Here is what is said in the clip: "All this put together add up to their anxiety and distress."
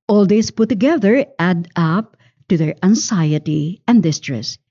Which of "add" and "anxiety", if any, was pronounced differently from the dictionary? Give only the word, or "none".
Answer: anxiety